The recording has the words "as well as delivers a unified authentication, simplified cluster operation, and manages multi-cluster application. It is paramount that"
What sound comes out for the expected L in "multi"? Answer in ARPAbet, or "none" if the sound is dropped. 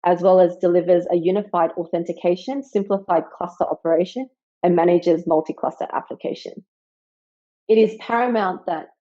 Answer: L